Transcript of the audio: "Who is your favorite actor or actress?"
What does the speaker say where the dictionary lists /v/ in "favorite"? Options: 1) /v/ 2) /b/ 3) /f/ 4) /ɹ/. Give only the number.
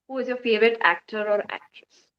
1